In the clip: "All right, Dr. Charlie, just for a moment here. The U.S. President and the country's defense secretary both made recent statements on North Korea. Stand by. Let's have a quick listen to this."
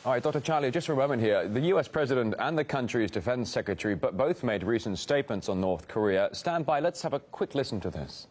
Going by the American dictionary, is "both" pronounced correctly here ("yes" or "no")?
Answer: yes